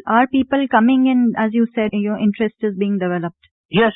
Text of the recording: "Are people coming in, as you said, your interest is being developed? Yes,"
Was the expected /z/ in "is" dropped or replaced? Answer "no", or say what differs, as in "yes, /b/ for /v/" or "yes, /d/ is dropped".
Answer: no